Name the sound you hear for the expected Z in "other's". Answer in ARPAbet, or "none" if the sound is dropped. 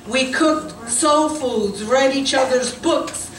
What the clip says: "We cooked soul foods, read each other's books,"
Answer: Z